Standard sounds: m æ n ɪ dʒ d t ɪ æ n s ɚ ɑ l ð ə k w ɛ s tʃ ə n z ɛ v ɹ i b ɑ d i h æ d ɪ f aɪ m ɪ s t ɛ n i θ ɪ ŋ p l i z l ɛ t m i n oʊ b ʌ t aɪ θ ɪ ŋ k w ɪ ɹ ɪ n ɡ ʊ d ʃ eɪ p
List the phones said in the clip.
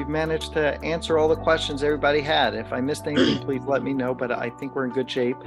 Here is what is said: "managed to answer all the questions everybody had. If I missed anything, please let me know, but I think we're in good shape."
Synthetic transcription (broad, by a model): m æ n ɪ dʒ t ɪ æ n s ɚ ɑ l ð ə k w ɛ s tʃ ə n z ɛ v ɹ i b ɑ d i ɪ d ɪ f aɪ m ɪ s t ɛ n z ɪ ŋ p l i z l ɛ t m i n oʊ b ʌ t aɪ θ ɪ ŋ k w ɪ ɹ ɪ n ɡ ʊ d ʃ eɪ p